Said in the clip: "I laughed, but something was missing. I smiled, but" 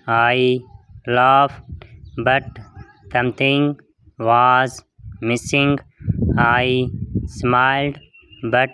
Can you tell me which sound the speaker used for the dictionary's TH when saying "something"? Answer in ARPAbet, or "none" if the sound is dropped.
T